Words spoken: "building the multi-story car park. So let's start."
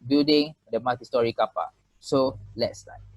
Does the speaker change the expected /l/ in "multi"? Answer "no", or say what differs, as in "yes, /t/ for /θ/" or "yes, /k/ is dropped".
yes, /l/ is dropped